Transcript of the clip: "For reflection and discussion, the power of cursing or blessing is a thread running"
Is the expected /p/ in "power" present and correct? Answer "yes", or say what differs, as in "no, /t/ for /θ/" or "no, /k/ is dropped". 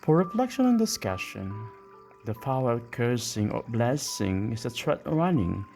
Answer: no, /f/ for /p/